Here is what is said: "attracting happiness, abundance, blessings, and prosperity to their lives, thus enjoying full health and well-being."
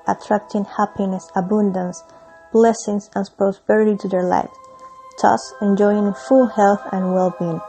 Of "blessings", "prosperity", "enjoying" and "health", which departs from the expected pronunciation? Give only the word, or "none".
blessings